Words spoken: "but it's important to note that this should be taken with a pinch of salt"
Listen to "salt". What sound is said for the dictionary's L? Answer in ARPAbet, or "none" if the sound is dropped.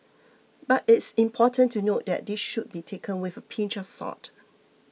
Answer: none